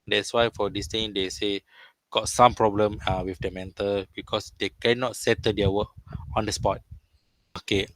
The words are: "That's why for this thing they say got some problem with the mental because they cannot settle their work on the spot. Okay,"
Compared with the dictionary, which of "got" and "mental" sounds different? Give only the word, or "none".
none